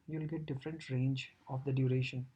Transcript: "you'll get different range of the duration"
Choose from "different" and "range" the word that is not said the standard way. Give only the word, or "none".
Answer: none